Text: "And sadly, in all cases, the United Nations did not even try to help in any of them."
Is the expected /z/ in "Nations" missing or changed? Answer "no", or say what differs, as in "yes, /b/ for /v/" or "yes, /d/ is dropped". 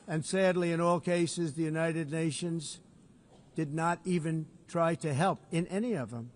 no